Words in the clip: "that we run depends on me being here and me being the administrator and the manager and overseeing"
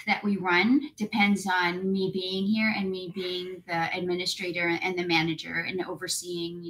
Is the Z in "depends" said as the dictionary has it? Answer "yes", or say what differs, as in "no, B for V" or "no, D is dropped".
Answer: yes